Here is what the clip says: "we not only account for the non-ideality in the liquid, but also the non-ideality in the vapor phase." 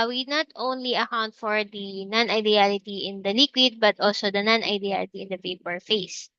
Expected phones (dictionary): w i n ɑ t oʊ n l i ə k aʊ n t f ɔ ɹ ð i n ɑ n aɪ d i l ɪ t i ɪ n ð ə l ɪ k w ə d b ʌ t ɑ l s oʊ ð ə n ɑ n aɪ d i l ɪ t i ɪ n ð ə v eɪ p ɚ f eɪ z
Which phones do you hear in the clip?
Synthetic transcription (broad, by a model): w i n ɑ t oʊ n l i ə k aʊ n t f ɔ ɹ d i n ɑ n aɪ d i l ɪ t i ɪ n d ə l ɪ k w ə d b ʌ t ɑ l s oʊ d ə n ɑ n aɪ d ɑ l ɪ t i ɪ n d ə p eɪ p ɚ f eɪ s